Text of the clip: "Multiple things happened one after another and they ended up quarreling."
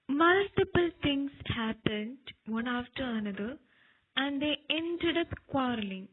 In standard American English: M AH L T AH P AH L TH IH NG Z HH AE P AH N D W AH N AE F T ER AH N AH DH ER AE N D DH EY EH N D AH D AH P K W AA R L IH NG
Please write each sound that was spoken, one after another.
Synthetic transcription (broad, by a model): M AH L T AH P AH L T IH NG S HH AE P AH N D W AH N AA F T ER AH N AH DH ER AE N D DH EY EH N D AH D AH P K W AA R L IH NG